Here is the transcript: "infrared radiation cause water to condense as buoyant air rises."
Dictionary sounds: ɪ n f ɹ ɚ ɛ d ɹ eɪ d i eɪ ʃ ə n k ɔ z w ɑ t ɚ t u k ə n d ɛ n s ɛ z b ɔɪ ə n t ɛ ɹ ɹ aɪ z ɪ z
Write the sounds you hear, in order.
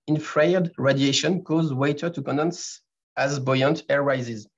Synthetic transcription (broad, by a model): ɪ n f ɹ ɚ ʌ d ɹ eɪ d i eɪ ʃ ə n k ɔ z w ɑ t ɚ t u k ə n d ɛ n s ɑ z b ɔɪ ə n t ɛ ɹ ɹ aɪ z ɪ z